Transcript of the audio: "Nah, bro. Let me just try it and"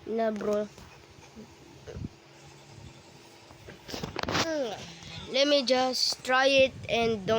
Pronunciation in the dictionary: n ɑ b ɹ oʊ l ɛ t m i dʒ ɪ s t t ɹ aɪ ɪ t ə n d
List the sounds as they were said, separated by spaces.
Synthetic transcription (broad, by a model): n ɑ b ɹ oʊ l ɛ m i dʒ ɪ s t t ɹ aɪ ɪ t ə n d